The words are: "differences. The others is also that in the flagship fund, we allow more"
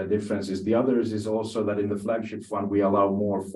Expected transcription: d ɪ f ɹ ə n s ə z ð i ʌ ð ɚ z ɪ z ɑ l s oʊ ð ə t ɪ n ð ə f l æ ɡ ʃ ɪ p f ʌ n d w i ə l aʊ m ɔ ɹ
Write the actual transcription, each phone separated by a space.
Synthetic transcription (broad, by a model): d ɪ f ɹ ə n s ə z ð i ʌ ð ɚ z ɪ z ɑ l s oʊ ð ə t ɪ n ð ə f l æ ɡ ʃ ɪ p f ʌ n d w i ə l aʊ m ɔ ɹ